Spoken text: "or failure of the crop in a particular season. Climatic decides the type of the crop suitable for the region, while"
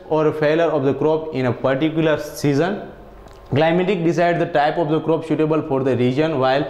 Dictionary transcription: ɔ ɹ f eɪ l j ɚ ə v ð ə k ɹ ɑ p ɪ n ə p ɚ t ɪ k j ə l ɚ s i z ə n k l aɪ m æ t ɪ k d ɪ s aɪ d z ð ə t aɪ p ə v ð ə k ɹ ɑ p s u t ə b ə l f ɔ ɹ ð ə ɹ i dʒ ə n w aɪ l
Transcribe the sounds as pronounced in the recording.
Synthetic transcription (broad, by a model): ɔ ɹ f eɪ l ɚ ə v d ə k ɹ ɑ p ɪ n ə p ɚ t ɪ k j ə l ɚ s i z ə n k l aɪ m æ t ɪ k d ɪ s aɪ d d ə t aɪ p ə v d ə k ɹ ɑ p ʃ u t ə b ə l f ɔ ɹ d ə ɹ i dʒ ə n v aɪ l